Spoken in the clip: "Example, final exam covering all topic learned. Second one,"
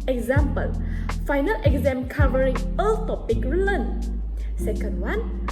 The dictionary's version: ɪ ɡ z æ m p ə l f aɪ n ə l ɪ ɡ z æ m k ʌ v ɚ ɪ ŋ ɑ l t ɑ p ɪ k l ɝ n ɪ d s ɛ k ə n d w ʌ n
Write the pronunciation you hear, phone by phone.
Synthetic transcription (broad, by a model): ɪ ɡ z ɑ m p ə l f aɪ n ə l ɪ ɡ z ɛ m k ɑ v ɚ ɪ ŋ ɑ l t ɑ p ɪ k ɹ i l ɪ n s ɛ k ə n d w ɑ n